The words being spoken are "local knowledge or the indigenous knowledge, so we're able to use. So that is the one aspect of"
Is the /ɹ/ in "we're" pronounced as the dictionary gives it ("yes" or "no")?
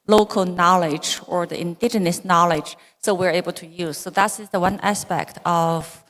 yes